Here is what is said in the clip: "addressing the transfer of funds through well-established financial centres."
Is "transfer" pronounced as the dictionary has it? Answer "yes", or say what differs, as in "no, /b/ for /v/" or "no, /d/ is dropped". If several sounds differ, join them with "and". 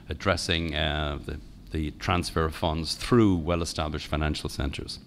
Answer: yes